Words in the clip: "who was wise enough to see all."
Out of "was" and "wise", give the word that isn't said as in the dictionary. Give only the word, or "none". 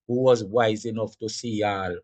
none